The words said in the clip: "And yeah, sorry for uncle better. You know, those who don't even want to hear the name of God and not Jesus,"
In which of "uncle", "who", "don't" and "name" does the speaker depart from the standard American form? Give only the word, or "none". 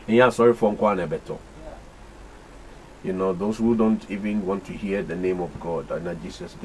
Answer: uncle